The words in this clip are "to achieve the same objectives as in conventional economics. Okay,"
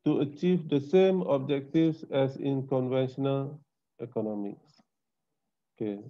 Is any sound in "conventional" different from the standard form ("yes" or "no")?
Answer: no